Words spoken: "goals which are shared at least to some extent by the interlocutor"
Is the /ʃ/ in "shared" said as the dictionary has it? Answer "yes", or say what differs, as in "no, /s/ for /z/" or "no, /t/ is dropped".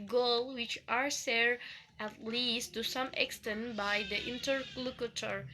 no, /s/ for /ʃ/